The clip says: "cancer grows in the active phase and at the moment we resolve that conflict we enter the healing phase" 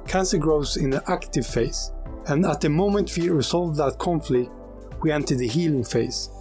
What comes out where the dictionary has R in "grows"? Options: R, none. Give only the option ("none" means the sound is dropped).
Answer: R